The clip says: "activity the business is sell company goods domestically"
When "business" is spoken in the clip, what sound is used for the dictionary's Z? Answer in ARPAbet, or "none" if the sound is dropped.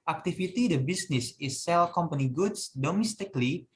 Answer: S